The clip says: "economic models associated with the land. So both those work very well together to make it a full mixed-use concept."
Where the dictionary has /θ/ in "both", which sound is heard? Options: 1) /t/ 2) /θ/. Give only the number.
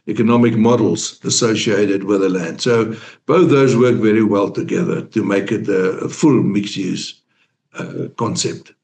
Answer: 2